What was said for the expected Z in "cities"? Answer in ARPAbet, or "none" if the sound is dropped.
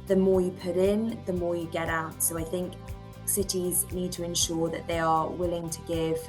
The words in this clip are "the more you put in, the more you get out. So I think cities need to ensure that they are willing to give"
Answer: Z